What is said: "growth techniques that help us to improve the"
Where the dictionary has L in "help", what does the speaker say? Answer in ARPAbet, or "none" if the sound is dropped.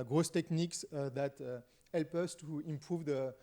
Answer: L